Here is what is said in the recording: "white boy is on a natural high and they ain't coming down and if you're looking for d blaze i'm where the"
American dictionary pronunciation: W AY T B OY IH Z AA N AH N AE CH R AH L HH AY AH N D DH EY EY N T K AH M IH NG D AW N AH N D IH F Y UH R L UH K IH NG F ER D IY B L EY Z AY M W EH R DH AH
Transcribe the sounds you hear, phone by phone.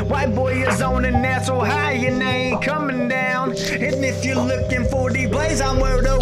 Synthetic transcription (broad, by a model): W AY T B OY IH Z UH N AH N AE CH AH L HH AY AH N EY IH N K AH M IH NG D AW N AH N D IH F Y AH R L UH K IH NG F ER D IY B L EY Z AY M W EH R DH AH